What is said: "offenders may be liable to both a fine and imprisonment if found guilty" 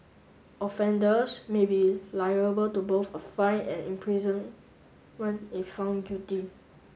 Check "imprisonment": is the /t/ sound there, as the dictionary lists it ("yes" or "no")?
no